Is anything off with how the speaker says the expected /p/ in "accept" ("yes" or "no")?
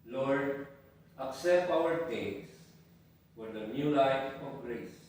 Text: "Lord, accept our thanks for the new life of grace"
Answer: no